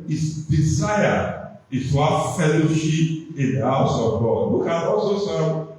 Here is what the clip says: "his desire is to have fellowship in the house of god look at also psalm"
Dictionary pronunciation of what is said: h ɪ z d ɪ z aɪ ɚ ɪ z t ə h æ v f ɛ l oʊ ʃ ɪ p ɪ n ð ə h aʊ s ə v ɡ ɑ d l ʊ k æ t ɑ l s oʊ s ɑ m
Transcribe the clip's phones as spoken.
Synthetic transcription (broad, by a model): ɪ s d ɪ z aɪ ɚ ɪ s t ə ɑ f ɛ l oʊ ʃ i p ɪ n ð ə h aʊ s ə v ɡ ɑ d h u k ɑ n ɑ l s oʊ s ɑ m